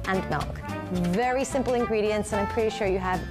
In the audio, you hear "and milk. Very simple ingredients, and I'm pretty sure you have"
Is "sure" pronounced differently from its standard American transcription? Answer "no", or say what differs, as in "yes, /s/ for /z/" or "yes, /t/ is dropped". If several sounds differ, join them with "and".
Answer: no